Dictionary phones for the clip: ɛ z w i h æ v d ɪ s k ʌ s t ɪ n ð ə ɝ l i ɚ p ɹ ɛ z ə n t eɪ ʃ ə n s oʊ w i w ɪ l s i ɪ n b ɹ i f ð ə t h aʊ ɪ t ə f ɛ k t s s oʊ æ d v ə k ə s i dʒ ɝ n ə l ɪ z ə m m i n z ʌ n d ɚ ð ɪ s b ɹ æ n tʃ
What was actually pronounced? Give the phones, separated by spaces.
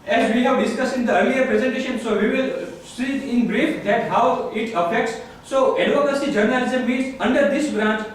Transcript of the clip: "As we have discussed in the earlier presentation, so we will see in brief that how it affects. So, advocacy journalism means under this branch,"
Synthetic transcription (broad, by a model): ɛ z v i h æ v d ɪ s k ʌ s ɪ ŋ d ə ɝ l i ɚ p ɹ ɛ z ə n t eɪ ʃ ə n s oʊ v i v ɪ l s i ɪ n b ɹ i f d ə t h aʊ ɪ t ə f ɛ k t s s oʊ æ d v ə k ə s i dʒ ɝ n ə l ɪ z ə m m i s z ʌ n d ɚ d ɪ s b ɹ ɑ n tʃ